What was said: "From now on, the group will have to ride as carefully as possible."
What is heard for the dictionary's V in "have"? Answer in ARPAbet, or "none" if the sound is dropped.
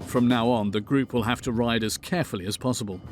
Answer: F